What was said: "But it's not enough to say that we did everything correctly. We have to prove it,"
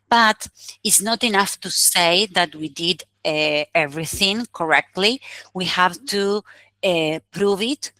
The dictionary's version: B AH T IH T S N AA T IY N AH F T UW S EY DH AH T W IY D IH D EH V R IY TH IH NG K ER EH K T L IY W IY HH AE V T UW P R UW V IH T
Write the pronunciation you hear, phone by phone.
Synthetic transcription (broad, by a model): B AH T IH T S N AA T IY N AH F T UW S EY DH AH T W IY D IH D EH V R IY TH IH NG K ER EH K T L IY W IY HH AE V T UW P R UW V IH T